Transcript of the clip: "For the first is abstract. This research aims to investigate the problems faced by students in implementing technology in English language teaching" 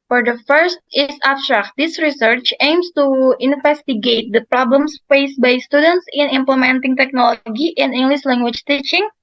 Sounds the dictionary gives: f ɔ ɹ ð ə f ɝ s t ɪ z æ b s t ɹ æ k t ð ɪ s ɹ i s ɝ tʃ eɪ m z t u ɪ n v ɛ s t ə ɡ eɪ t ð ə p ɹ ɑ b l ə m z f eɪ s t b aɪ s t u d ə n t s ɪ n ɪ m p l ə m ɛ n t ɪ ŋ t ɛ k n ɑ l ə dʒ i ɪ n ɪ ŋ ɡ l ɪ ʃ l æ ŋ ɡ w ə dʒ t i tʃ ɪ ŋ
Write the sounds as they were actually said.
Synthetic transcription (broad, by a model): f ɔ ɹ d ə f ɝ s t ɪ s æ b s t ɹ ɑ k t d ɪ s ɹ i s ɝ tʃ eɪ m s t u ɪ n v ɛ s t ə ɡ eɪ t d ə p ɹ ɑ b l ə m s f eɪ s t b aɪ s t u d ə n t s ɪ n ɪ m p l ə m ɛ n t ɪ ŋ t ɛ k n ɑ l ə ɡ i ɪ n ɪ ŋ ɡ l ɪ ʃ l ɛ ŋ ɡ w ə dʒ t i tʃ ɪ ŋ